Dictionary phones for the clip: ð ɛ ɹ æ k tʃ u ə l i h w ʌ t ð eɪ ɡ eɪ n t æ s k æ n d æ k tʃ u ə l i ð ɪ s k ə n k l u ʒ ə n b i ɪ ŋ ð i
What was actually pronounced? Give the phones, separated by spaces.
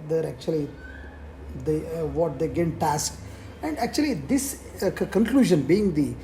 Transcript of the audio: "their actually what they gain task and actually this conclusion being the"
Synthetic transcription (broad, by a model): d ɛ ɹ æ k tʃ u ə l i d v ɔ t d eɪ ɡ eɪ n t æ s k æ n d æ k tʃ u ə l i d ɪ s k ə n k l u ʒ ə n b i ɪ ŋ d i